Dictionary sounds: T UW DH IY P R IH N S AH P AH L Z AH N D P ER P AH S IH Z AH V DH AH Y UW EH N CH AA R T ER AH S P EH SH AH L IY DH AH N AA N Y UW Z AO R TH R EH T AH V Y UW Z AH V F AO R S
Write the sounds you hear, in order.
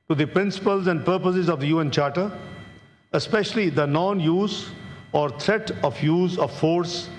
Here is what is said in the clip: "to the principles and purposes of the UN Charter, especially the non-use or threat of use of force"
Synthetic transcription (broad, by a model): T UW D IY P R IH N S AH P AH L Z AH N D P ER P AH S IH Z AH V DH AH Y UW EH N CH AA R T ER AH S P EH SH AH L IY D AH N AA N Y UW Z AO R T R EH T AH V Y UW Z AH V F AO R S